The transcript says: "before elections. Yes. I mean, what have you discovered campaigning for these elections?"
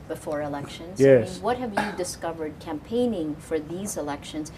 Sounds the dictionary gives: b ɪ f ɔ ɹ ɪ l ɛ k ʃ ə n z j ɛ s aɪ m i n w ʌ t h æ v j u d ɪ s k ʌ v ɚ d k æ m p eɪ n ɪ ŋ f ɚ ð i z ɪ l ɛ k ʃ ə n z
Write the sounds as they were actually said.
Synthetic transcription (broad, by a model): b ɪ f ɔ ɹ ɪ l ɛ k ʃ ə n z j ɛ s w ʌ t h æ v j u d ɪ s k ʌ v ɚ d k æ m p eɪ n ɪ ŋ f ɚ ð i z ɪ l ɛ k ʃ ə n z